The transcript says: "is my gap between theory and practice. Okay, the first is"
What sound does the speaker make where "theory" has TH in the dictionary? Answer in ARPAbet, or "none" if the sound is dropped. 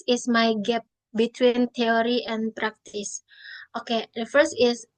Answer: T